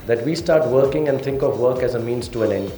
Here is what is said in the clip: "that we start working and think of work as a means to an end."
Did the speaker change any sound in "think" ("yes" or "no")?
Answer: yes